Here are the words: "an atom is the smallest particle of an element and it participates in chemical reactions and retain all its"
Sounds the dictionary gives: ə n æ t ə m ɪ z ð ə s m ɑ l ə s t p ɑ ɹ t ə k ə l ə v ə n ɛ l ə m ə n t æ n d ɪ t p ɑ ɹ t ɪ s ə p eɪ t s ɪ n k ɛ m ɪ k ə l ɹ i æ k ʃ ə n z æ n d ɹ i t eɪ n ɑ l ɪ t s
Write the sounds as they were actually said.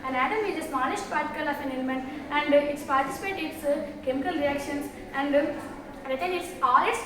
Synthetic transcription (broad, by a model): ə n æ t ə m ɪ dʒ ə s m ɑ n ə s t p ɑ ɹ t ə k ə l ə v ə n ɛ l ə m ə n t æ n d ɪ t p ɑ ɹ t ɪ s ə p eɪ t ɪ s k ɛ m ɪ k ə l ɹ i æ k ʃ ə n s æ n d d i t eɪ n ɑ l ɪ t s